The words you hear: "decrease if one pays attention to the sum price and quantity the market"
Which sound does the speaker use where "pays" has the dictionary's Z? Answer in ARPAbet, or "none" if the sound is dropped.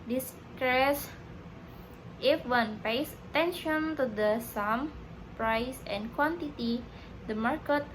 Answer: S